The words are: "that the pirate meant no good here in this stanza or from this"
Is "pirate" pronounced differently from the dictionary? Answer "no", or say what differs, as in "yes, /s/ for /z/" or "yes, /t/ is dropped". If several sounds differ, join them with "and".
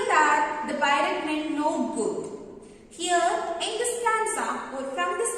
yes, /b/ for /p/